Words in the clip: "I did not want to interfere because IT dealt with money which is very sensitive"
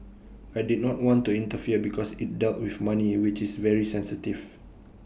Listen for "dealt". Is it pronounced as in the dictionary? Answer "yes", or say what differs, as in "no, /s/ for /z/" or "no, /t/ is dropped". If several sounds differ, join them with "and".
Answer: yes